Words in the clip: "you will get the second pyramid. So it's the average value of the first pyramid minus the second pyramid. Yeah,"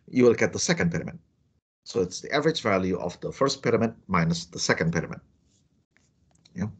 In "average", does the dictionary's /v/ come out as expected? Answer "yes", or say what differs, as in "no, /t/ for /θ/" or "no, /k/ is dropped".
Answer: yes